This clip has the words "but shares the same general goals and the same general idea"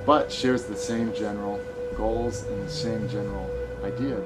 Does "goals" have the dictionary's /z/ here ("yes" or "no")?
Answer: yes